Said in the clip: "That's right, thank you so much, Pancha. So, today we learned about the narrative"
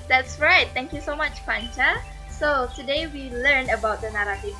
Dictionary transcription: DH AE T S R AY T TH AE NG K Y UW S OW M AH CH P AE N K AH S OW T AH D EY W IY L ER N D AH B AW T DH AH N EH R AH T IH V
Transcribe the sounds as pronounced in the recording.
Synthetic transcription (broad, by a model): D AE T S R AY T T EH NG K Y UW S OW M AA CH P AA N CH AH S OW T AH D EY W IY L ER N AH B AW T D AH N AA R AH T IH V